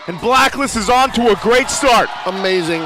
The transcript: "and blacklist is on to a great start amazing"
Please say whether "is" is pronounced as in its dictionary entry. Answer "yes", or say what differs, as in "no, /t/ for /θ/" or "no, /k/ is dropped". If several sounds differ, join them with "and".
yes